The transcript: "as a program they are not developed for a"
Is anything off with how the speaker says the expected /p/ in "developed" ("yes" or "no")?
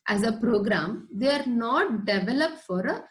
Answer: no